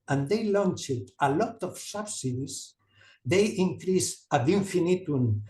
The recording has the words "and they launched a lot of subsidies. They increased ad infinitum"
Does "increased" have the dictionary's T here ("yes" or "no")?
no